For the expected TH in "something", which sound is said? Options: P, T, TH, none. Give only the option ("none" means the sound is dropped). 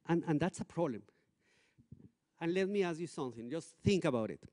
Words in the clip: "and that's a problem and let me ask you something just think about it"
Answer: TH